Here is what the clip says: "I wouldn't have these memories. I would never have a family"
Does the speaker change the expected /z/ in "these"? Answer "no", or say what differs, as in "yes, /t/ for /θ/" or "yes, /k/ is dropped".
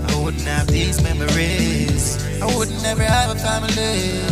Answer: no